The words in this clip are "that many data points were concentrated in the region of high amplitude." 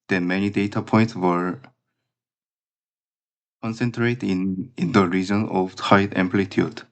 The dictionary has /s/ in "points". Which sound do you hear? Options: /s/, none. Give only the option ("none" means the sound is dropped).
/s/